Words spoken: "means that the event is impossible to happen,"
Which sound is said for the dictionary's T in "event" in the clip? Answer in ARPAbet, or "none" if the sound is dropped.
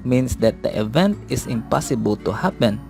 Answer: T